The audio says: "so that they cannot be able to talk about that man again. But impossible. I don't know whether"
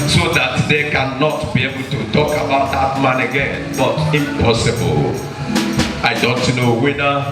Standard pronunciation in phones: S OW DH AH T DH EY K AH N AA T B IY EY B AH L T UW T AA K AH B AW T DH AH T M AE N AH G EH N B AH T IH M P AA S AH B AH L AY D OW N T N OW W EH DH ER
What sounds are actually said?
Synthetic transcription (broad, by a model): S OW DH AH T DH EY K AH N AA T B IY EY B AH L T UW T AA K AH B AW T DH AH T M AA N AH G EH N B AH T IH M P AA S AH B AH L AY D OW N T N OW W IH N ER